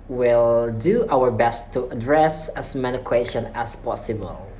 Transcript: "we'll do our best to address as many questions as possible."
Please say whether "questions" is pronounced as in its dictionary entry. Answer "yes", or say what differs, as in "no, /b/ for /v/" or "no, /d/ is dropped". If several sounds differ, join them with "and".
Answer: no, /z/ is dropped